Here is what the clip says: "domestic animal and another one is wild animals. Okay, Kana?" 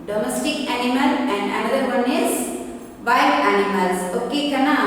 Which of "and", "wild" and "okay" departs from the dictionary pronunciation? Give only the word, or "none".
wild